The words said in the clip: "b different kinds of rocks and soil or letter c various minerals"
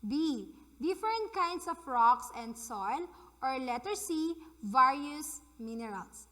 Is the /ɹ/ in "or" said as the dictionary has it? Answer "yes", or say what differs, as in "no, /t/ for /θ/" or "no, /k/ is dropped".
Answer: yes